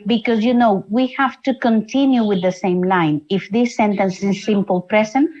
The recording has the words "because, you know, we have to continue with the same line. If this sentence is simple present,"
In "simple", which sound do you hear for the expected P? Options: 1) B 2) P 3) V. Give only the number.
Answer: 2